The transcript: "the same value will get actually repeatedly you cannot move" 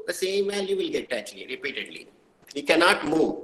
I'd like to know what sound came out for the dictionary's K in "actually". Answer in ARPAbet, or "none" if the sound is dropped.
none